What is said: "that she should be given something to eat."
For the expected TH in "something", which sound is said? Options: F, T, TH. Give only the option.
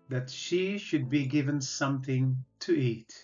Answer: TH